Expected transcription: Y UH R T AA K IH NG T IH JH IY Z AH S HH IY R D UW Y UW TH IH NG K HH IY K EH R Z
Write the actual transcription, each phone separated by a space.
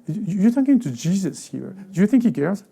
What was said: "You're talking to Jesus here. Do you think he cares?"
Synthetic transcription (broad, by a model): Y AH R T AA K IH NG T IH JH IY Z AH S HH IY R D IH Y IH TH IH NG K HH IY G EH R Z